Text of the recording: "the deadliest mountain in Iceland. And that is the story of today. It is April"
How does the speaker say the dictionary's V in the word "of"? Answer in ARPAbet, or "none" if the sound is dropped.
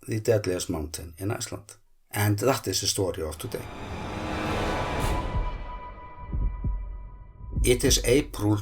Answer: F